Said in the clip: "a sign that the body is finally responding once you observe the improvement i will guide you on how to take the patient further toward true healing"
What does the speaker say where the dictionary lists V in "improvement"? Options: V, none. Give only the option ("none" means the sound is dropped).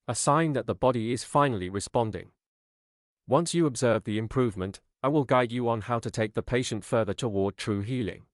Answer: V